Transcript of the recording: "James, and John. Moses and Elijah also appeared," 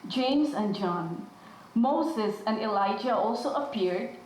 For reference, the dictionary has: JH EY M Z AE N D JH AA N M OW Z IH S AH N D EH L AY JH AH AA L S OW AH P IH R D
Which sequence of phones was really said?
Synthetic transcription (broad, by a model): JH EY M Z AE N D JH AA N M OW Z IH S AH N D EH L AY JH AH AA L S OW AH P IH R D